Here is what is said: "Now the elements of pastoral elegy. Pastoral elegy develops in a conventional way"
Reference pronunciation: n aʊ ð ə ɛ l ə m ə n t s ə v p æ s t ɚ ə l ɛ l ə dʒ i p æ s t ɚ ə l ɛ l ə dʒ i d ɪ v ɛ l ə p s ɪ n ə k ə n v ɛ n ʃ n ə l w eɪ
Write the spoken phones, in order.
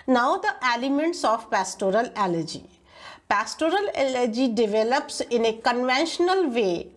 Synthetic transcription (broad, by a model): n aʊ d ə ɛ l ə m ə n t s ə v p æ s t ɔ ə l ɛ l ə dʒ i p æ s t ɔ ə l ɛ l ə dʒ i d ɪ v ɛ l ə p s ɪ n ə k ə n v ɛ n ʃ n ə l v eɪ